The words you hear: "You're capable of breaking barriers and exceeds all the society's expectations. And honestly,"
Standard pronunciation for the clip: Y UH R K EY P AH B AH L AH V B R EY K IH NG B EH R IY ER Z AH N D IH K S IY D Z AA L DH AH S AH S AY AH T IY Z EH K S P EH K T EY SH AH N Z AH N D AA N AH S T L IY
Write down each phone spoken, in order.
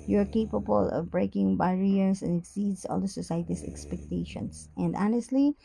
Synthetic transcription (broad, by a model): Y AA R K EY P AH B AH L AH V B R EY K IH NG B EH R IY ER S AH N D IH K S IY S AA L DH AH S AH S AY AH T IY S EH K S P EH K T EY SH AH N S AH N D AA N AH S T L IY